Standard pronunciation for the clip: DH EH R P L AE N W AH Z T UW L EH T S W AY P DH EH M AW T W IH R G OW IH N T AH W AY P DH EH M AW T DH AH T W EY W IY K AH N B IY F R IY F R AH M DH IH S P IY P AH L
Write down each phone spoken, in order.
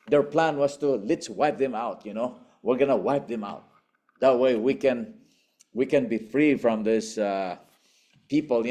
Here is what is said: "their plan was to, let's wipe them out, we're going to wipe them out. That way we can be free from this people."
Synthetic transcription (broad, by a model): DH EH R P L AE N W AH S T UW L EH T S W AY P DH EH M AW T W IH R G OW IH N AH W AY P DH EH M AW T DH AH T W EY W IY K AH N B IY F R IY F R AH M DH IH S P IY P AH L